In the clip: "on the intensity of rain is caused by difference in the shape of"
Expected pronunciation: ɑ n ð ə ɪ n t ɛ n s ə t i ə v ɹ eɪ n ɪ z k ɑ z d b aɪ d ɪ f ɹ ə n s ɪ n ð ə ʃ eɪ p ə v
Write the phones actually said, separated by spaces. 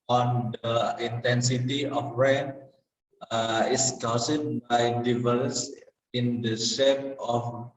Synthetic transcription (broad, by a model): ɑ n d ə ɪ n t ɛ n s ə t i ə f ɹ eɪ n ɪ s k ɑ s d b aɪ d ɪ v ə l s ɪ n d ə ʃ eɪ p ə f